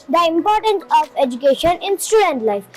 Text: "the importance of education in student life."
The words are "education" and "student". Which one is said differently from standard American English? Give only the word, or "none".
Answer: none